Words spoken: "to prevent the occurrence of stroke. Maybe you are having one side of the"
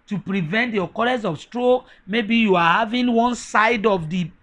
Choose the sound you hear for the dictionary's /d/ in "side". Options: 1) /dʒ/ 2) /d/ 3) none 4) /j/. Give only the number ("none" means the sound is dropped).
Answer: 2